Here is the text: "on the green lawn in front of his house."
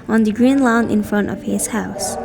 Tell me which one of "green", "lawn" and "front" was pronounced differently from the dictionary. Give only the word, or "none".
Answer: none